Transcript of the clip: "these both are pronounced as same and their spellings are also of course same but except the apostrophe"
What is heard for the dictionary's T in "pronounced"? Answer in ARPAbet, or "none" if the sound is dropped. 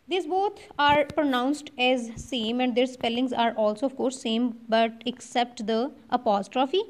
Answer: T